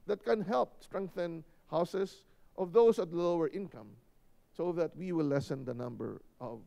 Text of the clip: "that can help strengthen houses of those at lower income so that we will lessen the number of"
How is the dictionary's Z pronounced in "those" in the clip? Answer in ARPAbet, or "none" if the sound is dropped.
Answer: S